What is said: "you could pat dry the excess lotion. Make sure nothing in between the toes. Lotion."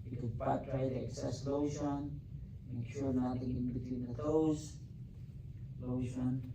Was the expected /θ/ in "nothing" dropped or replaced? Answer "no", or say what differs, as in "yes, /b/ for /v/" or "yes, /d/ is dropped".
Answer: yes, /t/ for /θ/